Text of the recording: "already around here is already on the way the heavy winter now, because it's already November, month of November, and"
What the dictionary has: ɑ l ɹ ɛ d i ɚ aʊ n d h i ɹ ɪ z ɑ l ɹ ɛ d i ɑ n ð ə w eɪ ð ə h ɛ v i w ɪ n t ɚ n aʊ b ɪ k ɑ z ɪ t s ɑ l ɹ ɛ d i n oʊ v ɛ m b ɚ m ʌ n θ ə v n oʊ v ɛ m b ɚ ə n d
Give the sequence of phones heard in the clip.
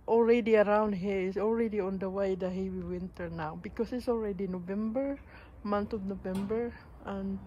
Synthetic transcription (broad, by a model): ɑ l ɹ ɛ d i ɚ aʊ n d h i ɹ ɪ s ɑ l ɹ ɛ d i ɑ n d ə w eɪ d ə h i w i w ɪ n t ɚ n aʊ b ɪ k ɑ s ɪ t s ɑ l ɹ ɛ d i n oʊ v ɛ m b ɚ m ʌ n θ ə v n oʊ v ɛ m b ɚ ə n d